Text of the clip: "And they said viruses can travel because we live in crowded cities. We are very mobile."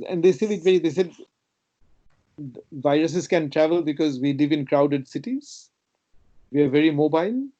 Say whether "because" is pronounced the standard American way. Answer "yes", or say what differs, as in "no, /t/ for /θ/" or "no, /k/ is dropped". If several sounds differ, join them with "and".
yes